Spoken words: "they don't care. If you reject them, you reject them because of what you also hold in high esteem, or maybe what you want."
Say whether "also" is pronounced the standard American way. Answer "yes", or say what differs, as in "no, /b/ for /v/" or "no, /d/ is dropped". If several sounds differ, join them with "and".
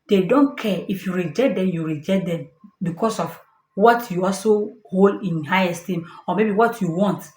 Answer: yes